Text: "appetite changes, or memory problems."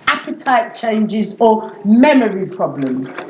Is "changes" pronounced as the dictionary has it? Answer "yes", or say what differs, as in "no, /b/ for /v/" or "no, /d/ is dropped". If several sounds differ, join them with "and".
yes